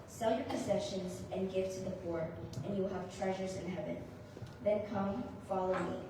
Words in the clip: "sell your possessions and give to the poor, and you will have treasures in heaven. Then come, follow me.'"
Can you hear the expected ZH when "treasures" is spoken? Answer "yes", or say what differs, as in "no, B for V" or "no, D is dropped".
yes